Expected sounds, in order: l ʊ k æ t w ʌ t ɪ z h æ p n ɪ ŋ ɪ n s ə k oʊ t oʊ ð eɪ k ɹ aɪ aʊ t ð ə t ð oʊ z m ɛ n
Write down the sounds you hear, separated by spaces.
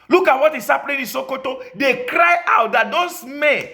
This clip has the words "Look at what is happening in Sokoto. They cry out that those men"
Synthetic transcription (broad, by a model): l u k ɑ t w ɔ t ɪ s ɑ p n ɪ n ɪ s ə k oʊ t oʊ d eɪ k ɹ aɪ aʊ t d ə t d oʊ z m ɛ n